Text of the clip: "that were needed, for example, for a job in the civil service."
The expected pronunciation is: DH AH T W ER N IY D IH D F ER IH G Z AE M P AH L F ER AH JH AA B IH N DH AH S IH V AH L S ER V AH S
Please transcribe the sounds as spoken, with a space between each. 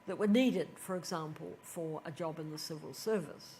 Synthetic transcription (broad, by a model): DH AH T W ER N IY D IH D F ER IH G Z AE M P AH L F ER AH JH AA B IH N DH AH S IH V AH L S ER V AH S